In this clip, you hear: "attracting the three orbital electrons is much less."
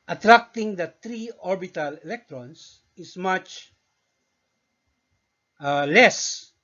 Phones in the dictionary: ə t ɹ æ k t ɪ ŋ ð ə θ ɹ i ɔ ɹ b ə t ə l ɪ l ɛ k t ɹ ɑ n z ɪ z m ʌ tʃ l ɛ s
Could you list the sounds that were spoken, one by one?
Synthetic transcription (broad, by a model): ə t ɹ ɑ k t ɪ ŋ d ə t ɹ i ɔ ɹ b ə t ə l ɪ l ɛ k t ɹ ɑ n s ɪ s m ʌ tʃ l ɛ s